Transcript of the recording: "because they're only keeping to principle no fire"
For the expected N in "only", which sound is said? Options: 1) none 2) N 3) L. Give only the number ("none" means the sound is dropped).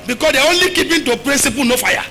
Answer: 2